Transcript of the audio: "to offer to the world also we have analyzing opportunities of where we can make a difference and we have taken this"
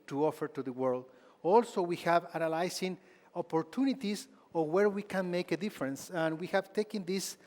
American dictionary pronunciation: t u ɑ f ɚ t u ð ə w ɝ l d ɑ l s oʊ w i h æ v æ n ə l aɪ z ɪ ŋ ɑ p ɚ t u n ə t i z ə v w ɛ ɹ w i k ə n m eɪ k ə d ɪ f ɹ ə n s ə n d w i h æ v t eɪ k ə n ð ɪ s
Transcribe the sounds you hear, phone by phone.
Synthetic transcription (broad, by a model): t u ɑ f ɚ t u ð ə w ɝ l d ɑ l s oʊ w i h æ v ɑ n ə l aɪ s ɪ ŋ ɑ p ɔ t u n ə t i s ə w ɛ ɹ w i k ə n m eɪ k ə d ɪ f ɹ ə n s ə n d w i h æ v t eɪ k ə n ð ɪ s